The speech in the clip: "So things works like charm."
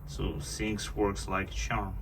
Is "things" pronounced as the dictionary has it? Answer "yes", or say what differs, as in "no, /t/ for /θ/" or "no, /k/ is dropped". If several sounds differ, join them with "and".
no, /s/ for /θ/ and /s/ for /z/